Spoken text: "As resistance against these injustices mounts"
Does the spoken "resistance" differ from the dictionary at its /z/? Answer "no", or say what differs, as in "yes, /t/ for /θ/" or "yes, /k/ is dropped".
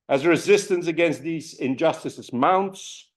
no